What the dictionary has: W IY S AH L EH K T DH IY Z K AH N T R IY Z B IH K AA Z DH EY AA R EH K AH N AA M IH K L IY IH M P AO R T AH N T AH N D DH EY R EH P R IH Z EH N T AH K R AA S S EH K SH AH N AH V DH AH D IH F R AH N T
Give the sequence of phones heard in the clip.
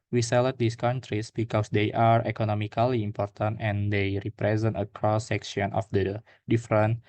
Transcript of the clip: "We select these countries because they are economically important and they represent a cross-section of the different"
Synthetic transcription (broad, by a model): W IY S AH L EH T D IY S K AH N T R IY S B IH K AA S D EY AA R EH K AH N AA M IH K L IY IH M P AO R T AH N T AH N D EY R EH P R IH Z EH N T AH K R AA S S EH K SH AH N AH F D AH D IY F R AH N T